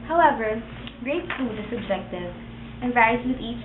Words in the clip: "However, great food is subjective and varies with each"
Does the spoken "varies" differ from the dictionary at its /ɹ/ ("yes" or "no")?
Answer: yes